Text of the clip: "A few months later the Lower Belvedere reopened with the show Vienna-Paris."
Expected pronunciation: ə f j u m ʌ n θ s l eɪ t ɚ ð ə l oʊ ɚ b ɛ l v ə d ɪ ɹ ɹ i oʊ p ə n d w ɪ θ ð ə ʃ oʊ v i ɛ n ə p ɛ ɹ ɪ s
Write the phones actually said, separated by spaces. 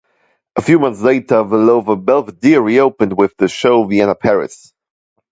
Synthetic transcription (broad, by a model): ə f j u m ʌ n θ s l eɪ t ɚ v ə l oʊ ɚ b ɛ l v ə d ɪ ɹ ɹ i oʊ p ə n d w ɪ ð ə ʃ oʊ v i ɛ n ə p ɛ ɹ ɪ s